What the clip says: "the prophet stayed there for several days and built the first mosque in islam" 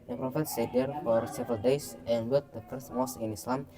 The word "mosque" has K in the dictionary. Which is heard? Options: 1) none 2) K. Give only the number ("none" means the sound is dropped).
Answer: 1